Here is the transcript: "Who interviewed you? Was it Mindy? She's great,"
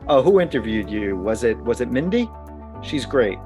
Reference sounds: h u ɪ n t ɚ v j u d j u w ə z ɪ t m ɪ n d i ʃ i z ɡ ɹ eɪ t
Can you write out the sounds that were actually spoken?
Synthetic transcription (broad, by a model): h u ɪ n t ɚ v j u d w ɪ w ə z ɪ t m ɪ n d i ʃ i z ɡ ɹ eɪ t